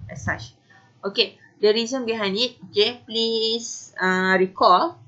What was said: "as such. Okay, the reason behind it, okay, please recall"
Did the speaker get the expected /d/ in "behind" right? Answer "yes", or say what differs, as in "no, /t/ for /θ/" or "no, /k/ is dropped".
no, /d/ is dropped